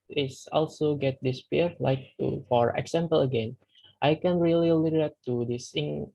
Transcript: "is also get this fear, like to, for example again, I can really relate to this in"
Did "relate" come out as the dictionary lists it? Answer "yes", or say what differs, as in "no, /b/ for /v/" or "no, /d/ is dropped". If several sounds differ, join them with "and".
no, /l/ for /ɹ/